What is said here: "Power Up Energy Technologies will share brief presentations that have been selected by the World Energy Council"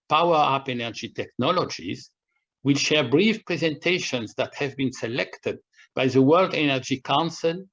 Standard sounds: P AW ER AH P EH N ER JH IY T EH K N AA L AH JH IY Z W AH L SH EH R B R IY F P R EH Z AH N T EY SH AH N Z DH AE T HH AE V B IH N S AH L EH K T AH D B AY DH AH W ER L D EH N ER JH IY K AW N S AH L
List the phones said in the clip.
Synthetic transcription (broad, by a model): P AW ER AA P EH N ER JH IY T EH K N AA L AH JH IY Z W AH L SH EH R B R IY F P R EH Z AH N T EY SH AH N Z DH AE T HH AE V B IH N S AH L EH K T AH D B AY DH AH W ER L D EH N ER JH IY K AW N S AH L